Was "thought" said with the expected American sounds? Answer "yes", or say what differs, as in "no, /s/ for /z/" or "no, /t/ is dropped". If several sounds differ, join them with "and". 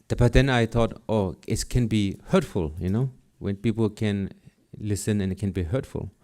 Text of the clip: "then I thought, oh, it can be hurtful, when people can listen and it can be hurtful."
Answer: no, /t/ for /θ/